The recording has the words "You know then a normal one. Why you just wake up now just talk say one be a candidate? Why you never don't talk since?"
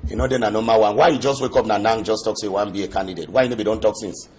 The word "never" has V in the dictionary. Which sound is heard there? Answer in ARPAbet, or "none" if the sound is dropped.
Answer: B